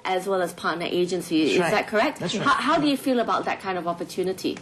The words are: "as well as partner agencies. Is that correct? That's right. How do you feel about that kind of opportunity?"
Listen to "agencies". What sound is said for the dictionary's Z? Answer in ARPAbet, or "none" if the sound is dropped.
none